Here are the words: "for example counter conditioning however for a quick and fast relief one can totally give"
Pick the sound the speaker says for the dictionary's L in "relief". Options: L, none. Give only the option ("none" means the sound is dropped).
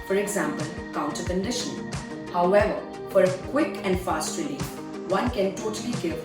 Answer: none